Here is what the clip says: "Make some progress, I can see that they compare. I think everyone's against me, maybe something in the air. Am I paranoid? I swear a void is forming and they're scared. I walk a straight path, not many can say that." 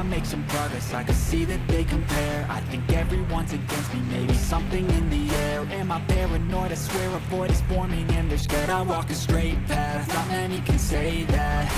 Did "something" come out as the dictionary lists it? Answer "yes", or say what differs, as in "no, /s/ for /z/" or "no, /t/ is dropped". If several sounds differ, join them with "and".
yes